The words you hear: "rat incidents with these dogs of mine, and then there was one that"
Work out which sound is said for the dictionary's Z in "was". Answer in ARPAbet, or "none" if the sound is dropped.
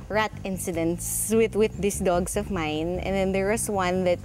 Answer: S